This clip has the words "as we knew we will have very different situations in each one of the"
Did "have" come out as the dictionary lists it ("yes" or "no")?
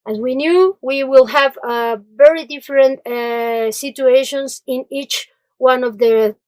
yes